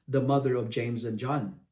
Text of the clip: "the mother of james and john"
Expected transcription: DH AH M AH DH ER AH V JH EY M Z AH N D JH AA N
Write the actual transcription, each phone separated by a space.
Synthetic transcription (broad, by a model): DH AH M AH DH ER AH V JH EY M Z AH N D JH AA N